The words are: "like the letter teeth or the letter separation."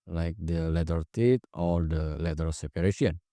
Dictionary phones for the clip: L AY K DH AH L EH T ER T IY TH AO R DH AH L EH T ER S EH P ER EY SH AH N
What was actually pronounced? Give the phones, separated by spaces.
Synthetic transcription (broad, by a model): L AY K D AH L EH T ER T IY T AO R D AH L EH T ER S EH P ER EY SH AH N